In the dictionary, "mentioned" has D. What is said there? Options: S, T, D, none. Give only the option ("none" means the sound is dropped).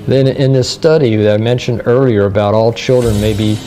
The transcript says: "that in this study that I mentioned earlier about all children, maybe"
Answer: D